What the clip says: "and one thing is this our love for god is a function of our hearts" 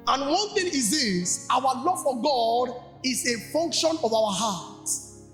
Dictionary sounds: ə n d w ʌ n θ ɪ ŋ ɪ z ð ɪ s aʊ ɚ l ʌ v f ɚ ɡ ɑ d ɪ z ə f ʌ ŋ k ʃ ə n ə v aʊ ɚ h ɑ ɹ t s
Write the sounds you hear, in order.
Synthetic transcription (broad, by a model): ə n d w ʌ n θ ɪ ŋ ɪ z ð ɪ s aʊ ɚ l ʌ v f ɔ ɡ ɑ d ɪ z ə f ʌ ŋ k ʃ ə n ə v aʊ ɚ h ɑ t